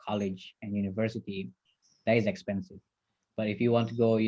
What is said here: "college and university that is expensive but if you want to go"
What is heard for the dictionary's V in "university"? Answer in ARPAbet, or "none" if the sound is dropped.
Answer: V